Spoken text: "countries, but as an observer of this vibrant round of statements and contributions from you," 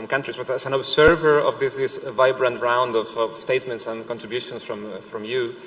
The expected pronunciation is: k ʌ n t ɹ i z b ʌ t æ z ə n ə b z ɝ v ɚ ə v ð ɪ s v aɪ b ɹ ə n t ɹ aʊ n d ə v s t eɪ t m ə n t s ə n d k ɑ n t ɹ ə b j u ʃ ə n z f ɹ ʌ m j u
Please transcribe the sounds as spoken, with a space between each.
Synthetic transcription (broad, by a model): k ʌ n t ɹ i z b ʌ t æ s ə n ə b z ɝ v ɚ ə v ð ɪ s v aɪ b ɹ ə n t ɹ aʊ n d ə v s t eɪ t m ə n t s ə n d k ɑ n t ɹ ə b j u ʃ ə n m f ɹ ʌ m j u